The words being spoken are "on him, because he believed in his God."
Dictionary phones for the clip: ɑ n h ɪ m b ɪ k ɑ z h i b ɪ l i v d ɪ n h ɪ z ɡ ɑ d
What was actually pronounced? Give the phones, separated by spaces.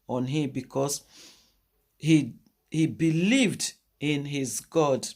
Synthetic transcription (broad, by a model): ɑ n h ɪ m b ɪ k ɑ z h i b ɪ l i v d ɪ n h ɪ z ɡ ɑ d